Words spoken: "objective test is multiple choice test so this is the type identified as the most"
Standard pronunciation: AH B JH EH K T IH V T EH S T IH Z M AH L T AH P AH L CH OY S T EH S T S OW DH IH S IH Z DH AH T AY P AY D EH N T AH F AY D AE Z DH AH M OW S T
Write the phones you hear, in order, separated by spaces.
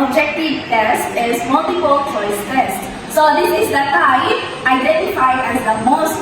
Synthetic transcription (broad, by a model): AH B JH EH K T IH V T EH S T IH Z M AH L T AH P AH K CH OY S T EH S S OW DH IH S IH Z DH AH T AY AY D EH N T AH F AY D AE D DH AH M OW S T